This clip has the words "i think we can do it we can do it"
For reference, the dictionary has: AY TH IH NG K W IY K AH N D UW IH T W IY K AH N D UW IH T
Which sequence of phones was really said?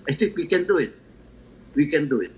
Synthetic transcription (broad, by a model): AY T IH NG K W IY K AH N D UW IH T W IY K AH N D UW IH T